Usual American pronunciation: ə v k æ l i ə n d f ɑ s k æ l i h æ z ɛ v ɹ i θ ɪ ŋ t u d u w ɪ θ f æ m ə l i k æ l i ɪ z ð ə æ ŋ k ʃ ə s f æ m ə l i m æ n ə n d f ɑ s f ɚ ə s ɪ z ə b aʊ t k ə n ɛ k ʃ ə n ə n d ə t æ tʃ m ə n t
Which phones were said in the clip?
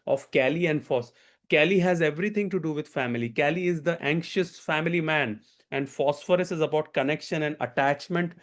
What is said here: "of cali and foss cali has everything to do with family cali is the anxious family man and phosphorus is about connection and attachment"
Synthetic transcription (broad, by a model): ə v k æ l i ə n d f ɑ s k æ l i h æ z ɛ v ɹ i t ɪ ŋ t u d u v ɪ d f æ m ə l i k æ l i ɪ z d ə æ ŋ k ʃ ə s f æ m ə l i m æ n ə n d f ɑ s f ɚ ə s ɪ z ə b aʊ t k ə n ɛ k ʃ ə n ə n d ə t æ tʃ m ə n t